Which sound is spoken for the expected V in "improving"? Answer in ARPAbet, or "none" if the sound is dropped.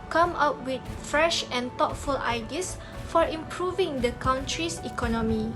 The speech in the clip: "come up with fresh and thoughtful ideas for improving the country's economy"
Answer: V